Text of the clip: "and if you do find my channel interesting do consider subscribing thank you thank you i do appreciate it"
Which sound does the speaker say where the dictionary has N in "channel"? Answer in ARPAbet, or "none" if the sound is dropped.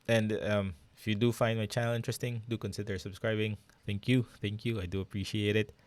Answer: none